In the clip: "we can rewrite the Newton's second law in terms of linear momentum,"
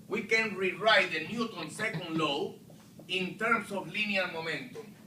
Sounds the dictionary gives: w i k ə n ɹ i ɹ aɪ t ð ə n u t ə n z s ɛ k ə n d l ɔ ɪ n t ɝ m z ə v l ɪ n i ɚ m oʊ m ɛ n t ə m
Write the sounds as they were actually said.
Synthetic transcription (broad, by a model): w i k ə n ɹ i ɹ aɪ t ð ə n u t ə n s ɛ k ə n d l ɔ ɪ n t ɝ m s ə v l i n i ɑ m oʊ m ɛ n t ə m